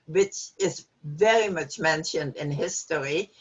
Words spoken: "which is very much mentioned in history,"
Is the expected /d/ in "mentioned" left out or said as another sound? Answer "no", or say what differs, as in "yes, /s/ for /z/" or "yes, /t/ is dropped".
no